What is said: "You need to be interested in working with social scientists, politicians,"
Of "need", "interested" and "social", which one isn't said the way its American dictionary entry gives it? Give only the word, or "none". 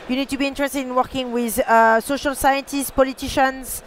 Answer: none